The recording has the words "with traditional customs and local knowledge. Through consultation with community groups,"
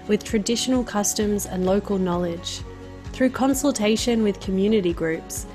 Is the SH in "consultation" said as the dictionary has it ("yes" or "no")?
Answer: yes